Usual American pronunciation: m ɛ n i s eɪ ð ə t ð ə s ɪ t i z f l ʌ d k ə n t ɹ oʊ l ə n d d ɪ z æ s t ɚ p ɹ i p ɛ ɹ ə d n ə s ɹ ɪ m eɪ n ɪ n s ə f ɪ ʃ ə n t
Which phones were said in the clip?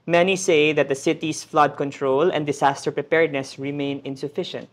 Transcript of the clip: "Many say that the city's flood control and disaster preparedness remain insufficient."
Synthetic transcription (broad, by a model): m ɛ n i s eɪ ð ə t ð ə s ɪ t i s f l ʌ d k ə n t ɹ oʊ l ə n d d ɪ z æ s t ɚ p ɹ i p ɛ ɹ d n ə s ɹ ɪ m eɪ n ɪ n s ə f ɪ ʃ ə n t